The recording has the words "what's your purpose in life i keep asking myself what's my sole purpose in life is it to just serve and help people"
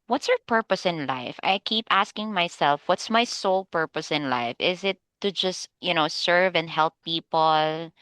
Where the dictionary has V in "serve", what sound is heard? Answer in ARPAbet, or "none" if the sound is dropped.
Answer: V